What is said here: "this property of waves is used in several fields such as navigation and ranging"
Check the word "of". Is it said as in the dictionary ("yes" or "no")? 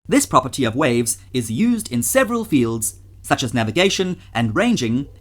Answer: yes